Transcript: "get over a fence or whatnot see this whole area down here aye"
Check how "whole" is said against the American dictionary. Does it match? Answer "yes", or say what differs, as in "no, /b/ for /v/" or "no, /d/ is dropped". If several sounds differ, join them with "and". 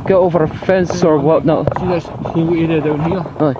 no, /w/ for /l/